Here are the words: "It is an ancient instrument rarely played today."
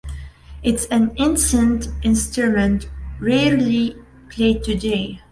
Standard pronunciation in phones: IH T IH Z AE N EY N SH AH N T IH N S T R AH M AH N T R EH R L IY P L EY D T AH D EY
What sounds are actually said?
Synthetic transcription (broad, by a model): IH T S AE N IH N S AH N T IH N S T R AH M AH N T R EH R L IY P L EY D T AH D EY